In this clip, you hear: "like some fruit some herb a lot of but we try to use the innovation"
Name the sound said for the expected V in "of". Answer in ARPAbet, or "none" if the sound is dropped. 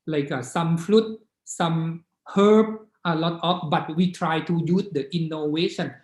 P